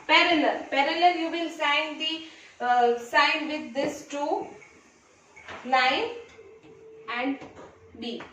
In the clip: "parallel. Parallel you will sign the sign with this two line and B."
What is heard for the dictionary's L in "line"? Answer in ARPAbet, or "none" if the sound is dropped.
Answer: N